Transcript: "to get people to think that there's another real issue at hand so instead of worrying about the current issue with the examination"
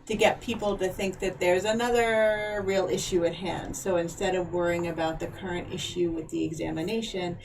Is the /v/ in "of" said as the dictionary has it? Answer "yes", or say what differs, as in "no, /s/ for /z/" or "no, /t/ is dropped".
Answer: yes